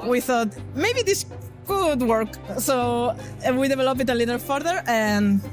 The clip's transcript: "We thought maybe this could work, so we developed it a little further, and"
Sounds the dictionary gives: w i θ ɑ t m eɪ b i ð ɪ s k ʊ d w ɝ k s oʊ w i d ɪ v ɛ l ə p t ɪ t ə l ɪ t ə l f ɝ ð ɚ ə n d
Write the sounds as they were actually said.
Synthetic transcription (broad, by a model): w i θ ɑ t m eɪ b i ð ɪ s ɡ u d w ɝ k s oʊ w i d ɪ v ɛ l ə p ɪ t ə l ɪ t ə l f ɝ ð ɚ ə n